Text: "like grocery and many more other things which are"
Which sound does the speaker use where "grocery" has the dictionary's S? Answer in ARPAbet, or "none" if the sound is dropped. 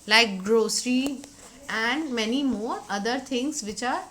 S